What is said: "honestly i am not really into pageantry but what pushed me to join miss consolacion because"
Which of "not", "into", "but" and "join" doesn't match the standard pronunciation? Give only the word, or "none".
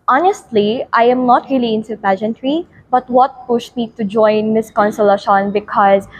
into